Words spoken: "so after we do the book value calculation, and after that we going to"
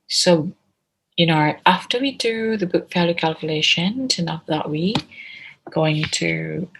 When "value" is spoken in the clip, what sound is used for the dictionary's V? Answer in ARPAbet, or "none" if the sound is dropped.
F